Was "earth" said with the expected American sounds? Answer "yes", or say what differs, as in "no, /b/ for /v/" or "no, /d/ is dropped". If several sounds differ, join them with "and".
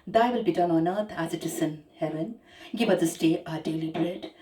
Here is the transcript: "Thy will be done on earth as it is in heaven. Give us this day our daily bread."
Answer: no, /t/ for /θ/